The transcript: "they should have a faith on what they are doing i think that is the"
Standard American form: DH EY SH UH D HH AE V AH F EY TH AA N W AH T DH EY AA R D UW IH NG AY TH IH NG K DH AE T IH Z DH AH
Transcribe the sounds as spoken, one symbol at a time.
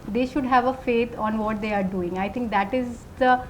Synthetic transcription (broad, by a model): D EY SH UH D HH AE V AH F EY T AA N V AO T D EY AA R D UW IH NG AY T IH NG K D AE T IH Z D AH